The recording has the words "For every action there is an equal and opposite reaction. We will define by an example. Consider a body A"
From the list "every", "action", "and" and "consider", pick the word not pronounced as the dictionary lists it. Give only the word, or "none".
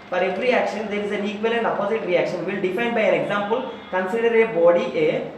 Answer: none